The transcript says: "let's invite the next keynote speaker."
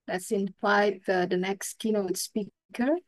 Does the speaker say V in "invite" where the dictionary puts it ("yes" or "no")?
no